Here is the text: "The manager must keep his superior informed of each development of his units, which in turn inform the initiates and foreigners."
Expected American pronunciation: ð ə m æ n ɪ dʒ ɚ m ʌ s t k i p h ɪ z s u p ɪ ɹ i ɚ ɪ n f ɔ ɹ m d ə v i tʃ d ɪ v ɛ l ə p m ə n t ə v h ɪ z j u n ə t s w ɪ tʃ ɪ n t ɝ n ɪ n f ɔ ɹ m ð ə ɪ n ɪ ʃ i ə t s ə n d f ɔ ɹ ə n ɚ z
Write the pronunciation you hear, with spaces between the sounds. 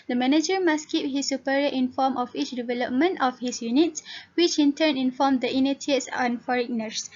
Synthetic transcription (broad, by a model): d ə m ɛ n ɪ dʒ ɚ m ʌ s k i p h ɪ s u p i ɹ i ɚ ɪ n f ɔ m ə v i tʃ d ɪ v ɛ l ə p m ə n t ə f h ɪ s j u n ə t s w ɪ tʃ ɪ n t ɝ n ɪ n f ɔ m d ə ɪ n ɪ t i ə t s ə n f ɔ ɹ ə n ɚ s